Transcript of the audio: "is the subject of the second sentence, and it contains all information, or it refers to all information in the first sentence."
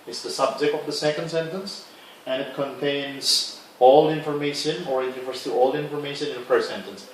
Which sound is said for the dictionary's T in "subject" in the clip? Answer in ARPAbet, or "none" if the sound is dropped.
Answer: T